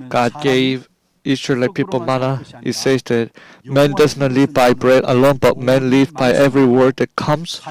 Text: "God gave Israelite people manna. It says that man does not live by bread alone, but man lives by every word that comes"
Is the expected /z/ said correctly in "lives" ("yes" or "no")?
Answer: no